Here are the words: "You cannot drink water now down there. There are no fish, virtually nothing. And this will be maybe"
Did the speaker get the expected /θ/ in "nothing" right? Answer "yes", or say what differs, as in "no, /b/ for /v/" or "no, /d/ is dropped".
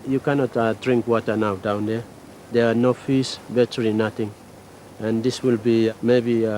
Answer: no, /t/ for /θ/